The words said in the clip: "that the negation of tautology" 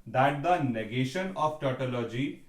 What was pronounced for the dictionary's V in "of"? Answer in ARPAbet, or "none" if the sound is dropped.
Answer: P